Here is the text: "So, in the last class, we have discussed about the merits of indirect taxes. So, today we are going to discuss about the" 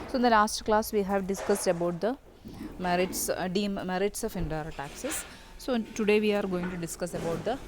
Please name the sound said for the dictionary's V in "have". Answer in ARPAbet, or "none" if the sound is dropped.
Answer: V